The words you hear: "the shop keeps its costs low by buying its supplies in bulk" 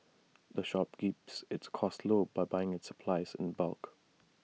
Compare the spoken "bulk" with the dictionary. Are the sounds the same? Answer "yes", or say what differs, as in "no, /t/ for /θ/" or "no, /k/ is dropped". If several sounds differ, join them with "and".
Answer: yes